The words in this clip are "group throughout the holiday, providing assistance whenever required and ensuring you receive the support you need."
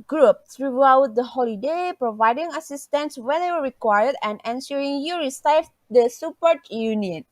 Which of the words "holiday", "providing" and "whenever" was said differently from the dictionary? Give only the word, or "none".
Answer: whenever